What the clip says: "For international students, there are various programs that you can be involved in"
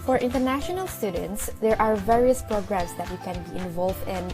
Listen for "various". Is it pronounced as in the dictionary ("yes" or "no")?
yes